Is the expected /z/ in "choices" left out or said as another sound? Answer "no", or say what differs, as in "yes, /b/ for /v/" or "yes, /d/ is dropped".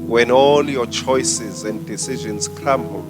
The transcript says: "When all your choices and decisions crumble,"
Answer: no